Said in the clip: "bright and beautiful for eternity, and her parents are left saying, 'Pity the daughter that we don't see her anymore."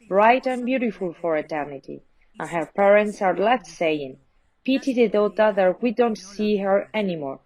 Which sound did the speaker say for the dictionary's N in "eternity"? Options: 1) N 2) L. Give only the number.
1